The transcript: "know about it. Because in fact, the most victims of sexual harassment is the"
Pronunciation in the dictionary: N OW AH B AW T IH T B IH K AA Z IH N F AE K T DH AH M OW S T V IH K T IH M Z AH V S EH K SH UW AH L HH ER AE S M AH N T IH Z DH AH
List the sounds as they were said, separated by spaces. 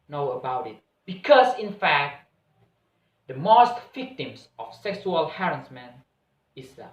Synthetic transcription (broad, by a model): N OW AH B AW T IH T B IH K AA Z IH N F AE K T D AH M OW S T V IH K T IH M S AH F S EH K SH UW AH L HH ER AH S M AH N IH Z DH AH